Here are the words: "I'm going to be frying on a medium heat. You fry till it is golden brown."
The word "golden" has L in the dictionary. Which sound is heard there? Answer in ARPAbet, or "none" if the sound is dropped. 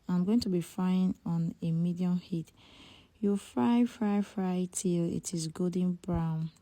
none